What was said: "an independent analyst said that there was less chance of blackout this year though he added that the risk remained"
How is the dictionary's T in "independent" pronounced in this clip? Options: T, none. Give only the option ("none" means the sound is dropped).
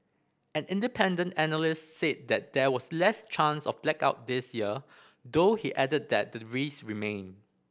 T